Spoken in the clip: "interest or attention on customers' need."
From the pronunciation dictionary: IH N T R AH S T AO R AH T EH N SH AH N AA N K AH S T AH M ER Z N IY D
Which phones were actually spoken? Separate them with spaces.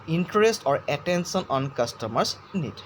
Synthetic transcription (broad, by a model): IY N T R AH S T AO R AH T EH N S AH N AA N K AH S T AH M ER S N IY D